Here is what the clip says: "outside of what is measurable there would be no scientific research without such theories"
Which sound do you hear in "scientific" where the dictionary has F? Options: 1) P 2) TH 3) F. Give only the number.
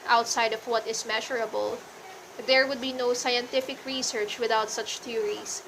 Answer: 3